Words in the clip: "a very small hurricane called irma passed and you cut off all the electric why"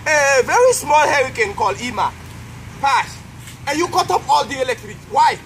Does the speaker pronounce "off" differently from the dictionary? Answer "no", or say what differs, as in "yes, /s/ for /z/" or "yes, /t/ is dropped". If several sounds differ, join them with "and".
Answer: yes, /p/ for /f/